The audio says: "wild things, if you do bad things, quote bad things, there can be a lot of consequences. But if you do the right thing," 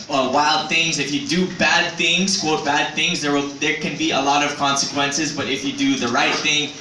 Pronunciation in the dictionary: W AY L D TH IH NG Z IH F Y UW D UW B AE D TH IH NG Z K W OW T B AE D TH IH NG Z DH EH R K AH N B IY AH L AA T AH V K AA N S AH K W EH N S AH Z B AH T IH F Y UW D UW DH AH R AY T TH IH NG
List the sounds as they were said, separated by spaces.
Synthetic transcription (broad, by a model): W AY L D TH IH NG Z IH F Y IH D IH B AE D TH IH NG Z K W OW T B AE D TH IH NG Z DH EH R K AH N B IY AH L AA T AH V K AA N S AH K W EH N S AH Z B AH T IH F Y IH D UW DH AH R AY T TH IH NG